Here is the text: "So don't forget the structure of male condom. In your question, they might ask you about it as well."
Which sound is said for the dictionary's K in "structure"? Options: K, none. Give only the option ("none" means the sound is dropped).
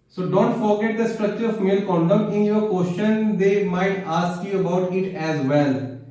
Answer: K